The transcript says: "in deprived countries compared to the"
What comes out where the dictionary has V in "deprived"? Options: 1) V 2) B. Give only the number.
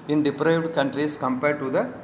1